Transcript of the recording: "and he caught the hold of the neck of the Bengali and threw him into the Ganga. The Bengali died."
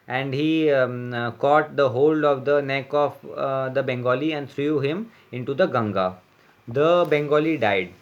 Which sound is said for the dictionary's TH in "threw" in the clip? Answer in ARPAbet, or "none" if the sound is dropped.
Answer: T